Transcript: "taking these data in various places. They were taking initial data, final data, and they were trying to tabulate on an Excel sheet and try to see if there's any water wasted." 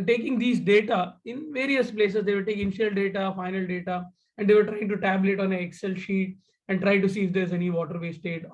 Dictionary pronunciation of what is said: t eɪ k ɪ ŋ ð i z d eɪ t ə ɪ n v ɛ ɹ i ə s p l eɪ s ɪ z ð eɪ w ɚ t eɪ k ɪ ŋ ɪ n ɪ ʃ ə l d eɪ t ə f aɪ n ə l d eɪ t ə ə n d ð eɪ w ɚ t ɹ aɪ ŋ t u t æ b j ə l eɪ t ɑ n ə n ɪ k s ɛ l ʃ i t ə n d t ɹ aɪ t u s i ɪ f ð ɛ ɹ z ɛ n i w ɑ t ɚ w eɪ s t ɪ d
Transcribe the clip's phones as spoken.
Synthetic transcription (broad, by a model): t eɪ k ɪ ŋ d i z d eɪ t ə ɪ n v ɛ ɹ i ə s p l eɪ s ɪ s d eɪ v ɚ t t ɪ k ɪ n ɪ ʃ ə l d eɪ t ə f aɪ n ə l d eɪ t ə ə n d eɪ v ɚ t ɹ aɪ ŋ t u t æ b l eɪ t ɑ n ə ɪ k s ɛ l ʃ i t ə n d t ɹ aɪ t u s i ɪ f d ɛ ɹ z ɛ n i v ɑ t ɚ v eɪ s t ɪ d